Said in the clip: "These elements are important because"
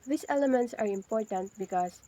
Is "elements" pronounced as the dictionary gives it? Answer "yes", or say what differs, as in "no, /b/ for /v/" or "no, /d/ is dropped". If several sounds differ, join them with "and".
yes